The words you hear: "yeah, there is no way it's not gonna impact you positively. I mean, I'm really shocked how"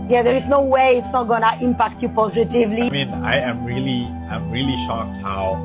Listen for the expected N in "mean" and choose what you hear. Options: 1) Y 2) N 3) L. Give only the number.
3